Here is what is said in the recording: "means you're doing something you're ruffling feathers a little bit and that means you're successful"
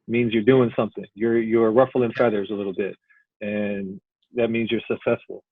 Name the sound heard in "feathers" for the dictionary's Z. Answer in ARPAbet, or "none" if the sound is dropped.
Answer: Z